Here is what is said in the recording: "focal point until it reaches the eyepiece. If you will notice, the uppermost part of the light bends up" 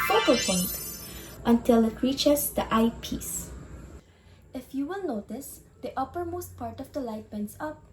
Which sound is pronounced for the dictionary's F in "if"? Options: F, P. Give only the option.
F